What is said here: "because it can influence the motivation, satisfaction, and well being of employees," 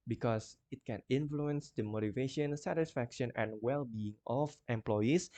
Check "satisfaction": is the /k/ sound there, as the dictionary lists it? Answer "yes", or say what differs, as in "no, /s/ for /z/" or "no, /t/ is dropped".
yes